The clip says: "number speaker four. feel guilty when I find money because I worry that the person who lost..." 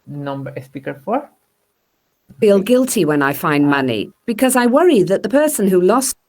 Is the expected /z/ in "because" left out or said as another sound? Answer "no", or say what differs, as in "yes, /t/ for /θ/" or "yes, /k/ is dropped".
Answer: no